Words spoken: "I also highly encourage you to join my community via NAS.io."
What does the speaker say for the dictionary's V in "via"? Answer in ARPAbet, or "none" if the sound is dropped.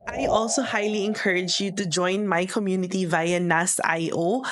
V